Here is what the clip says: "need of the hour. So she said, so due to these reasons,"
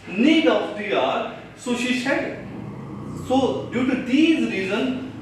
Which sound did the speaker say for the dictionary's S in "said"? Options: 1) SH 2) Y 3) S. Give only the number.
1